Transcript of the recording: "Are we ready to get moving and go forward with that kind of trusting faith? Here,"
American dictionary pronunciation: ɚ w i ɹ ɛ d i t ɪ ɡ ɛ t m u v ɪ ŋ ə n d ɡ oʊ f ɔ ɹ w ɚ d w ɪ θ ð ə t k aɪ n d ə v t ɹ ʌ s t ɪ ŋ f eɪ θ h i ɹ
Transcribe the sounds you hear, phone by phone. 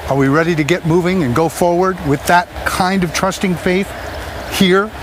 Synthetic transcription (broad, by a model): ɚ w i ɹ ɛ d i t ɪ ɡ ɛ t m u v ɪ ŋ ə n ɡ oʊ f ɔ ɹ w ɚ d w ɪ ð ə t k aɪ n d ə v t ɹ ʌ s t ɪ ŋ f eɪ θ h i ɹ